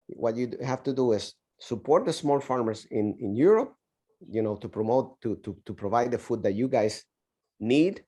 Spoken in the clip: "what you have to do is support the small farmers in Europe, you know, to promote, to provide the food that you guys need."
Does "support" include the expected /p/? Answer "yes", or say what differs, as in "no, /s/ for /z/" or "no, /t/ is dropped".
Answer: yes